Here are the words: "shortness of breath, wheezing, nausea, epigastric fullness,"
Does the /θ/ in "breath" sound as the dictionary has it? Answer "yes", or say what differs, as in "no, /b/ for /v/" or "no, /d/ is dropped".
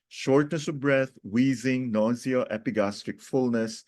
no, /t/ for /θ/